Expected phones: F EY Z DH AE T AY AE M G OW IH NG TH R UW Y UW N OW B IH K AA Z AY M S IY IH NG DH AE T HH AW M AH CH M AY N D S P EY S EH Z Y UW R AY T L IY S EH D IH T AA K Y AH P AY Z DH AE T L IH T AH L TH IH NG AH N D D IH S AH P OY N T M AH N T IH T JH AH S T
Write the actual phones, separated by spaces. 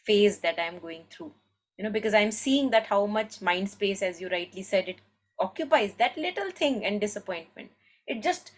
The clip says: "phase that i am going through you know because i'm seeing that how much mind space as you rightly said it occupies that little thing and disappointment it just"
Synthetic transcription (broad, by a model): F EY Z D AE T AY M G OW IH NG T R UW Y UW N OW B IH K AA Z AY M S IY IH NG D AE T HH AW M AH CH M AY N D S P EY S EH Z Y UW R AY T L IY S EH D IH T AA K Y AH P AY Z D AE T L IH T AH L T IH NG AH N D D IH S AH P OY N T M AH N T IH T JH AH S T